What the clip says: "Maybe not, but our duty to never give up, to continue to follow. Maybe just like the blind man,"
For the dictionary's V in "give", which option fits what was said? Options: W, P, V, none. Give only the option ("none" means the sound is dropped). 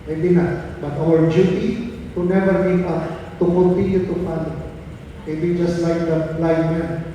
P